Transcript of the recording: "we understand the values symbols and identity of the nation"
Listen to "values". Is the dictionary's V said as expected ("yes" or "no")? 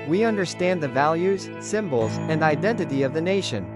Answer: yes